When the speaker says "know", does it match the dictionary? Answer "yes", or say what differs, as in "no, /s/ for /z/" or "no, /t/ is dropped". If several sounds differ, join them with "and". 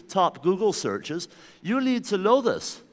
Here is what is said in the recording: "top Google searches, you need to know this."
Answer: no, /l/ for /n/